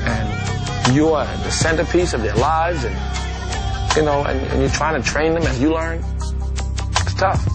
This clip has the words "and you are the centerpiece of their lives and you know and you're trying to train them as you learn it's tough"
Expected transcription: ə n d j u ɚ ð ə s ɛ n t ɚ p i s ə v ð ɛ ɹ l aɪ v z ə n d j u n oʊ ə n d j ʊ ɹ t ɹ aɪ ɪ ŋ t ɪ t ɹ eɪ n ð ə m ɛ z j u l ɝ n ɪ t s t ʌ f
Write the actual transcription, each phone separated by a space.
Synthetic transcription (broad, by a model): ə n j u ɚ ð ə s ɛ n t ɚ p i s ə v ð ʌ ɹ l aɪ v z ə n j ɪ n oʊ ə n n j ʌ ɹ t ɹ aɪ ɪ ŋ t ɪ t ɹ eɪ n ð ə m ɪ z j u l ɝ n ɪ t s t ʌ f